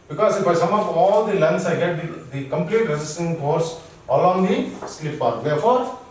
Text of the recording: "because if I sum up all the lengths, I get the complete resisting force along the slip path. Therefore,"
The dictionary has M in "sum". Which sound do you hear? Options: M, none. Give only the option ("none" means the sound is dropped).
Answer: M